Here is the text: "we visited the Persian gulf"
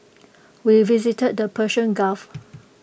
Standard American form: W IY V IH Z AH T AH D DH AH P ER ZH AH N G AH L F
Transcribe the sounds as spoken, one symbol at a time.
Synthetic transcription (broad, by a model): W IY V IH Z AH T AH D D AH P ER SH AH N G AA F